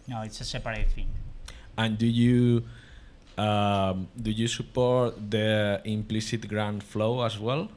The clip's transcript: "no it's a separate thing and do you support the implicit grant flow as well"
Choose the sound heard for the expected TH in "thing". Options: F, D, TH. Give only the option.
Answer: F